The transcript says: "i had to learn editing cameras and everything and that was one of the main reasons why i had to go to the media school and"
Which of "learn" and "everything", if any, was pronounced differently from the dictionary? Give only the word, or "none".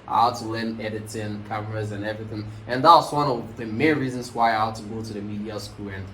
none